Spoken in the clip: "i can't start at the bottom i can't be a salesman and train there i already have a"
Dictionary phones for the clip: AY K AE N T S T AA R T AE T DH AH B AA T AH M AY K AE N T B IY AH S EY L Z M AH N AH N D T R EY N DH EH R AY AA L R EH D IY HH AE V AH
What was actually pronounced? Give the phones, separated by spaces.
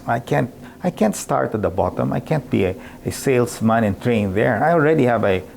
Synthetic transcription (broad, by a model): AY K AE N T S T AA R T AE T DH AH B AA T AH M AY K AE N T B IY AH S EY L S M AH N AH N T R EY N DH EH R AY AA L R EH D IY HH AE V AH